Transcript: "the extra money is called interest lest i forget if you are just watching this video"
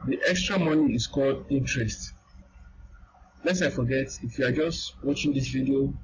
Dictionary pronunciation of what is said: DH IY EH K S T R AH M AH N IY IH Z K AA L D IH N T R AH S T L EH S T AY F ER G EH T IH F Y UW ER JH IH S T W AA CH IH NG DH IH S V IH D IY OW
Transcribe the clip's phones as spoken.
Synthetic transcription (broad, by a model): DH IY EH K S T R AH M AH N IY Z K AA L D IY N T R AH S T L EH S AY F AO G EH T IH F Y UW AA JH IH S T W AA CH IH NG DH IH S V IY D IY OW